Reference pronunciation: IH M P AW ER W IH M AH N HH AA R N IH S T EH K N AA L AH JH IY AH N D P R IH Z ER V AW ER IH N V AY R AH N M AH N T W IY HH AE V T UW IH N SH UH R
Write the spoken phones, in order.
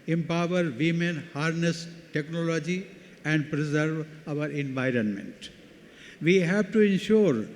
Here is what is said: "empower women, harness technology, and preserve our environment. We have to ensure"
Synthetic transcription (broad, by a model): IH M P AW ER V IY M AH N HH AA R N IH S T EH K N AA L AH JH IY AH N D P R IH Z ER V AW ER IH N V AY R AH N M AH N T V IY HH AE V T UW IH N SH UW R